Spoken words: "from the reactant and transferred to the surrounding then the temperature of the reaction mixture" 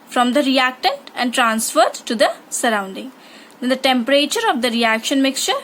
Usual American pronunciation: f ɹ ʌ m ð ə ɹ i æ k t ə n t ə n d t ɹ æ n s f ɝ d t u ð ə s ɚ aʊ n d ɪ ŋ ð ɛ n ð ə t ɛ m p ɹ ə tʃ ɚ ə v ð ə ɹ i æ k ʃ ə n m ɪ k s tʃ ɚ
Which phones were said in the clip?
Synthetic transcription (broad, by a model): f ɹ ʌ m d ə ɹ i æ k t ə n t ə n d t ɹ æ n s f ɝ d t u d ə s ɚ aʊ n d ɪ ŋ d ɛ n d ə t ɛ m p ɹ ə tʃ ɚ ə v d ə ɹ i æ k ʃ ə n m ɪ k s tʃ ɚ